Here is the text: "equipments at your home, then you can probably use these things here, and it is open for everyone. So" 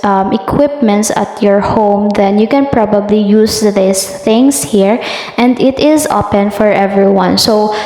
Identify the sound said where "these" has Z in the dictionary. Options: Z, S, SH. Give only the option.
S